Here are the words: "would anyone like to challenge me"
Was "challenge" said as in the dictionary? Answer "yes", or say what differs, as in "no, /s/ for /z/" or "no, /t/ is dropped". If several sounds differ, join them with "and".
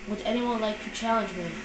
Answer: yes